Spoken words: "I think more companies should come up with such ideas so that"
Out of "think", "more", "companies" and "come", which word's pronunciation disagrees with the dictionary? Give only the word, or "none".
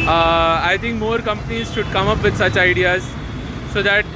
think